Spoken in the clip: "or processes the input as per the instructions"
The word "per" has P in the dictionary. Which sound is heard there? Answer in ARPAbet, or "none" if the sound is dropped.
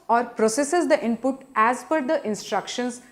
F